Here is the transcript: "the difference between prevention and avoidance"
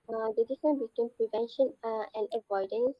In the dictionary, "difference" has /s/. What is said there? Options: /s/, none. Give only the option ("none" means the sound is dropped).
none